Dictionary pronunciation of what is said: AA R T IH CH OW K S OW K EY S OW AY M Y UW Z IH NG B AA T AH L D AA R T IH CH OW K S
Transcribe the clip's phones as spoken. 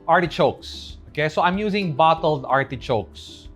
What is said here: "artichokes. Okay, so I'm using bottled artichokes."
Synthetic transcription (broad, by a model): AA R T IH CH OW K S OW K EY S OW AY M Y UW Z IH NG B AA T AH L D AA R T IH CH OW K S